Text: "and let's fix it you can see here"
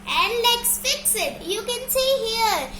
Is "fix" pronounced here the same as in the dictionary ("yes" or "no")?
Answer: yes